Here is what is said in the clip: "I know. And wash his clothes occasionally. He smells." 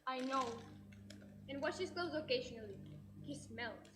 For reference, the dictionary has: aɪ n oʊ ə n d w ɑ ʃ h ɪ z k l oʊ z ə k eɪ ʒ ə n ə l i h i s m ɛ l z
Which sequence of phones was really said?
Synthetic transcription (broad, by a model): aɪ n oʊ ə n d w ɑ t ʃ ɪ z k oʊ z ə k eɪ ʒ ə n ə l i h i s m ɛ l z